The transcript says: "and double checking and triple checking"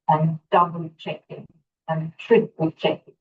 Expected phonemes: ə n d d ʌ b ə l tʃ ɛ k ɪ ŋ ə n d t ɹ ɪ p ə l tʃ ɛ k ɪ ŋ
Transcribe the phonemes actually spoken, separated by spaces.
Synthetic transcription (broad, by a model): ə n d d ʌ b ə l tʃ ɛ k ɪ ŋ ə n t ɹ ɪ ə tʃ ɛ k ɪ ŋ